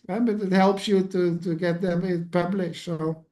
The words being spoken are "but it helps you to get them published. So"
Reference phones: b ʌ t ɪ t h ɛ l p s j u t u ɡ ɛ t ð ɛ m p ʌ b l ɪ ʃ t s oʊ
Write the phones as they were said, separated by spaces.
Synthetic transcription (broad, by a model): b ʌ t ɪ t h ɛ l p s j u t u ɡ ɛ t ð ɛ m p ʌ b l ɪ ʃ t s oʊ